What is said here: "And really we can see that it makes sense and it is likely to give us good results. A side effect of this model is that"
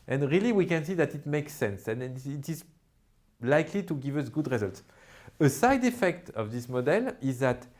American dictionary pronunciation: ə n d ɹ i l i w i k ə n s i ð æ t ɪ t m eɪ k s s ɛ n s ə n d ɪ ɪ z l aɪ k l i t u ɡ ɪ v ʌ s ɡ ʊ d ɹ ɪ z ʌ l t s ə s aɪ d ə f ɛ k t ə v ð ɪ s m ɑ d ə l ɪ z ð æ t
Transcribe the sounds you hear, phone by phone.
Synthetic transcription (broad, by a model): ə n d ɹ i l i w i k ə n s i ð æ t ɪ t m eɪ k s s ɛ n s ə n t ɪ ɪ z l aɪ k l i t u ɡ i v ʌ s ɡ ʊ d ɹ ɪ z ʌ l t s ə s aɪ d ə f ɛ k t ə v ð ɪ s m ɑ d ə l ɪ z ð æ t